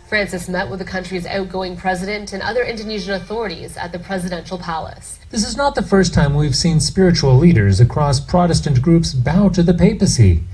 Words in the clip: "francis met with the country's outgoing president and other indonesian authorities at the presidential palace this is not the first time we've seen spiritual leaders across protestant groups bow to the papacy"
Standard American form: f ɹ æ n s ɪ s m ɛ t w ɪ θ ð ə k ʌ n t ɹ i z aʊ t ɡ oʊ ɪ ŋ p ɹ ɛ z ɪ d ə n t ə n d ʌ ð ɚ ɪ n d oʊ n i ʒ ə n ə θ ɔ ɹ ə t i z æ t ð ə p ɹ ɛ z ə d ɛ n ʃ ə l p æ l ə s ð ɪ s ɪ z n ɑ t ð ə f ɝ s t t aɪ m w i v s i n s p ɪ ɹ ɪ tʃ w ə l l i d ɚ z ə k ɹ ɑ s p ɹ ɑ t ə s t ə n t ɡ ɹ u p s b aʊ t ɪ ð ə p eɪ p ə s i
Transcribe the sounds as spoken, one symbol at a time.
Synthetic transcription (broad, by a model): f ɹ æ n s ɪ s m ɛ t w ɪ ð ə k ʌ n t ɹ i z aʊ t ɡ oʊ ɪ ŋ p ɹ ɛ z ɪ d ə n t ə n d ʌ ð ɚ ɪ n d oʊ n i ʒ ə n ə θ ɔ ɹ ə t i z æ t ð ə p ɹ ɛ z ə d ɛ n ʃ l p æ l ə s ð ɪ s ɪ z n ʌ t ð ə f ɝ s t t aɪ m w i v s i n s p ɪ ɹ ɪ tʃ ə l l i d ɚ z ə k ɹ ɑ s p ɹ ɑ t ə s t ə n ɡ ɹ u p s b aʊ t ɪ ð ə p eɪ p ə s i